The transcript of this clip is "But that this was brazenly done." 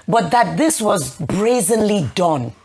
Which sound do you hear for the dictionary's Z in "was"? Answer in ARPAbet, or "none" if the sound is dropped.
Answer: Z